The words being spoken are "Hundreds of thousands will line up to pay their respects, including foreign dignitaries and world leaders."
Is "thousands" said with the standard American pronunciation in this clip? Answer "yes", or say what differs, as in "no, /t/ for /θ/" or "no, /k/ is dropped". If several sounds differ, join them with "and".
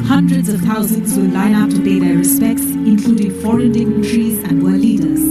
no, /t/ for /θ/